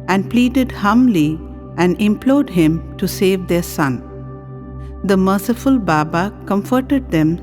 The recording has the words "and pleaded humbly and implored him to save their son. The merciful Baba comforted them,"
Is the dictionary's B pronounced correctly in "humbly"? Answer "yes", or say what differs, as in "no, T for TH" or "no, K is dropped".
no, B is dropped